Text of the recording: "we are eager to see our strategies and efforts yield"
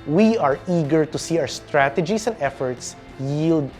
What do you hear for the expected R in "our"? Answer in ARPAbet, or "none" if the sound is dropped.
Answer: W